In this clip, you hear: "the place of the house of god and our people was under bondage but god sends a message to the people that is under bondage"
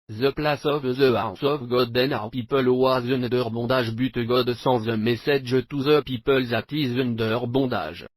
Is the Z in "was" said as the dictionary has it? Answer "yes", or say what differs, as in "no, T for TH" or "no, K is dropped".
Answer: yes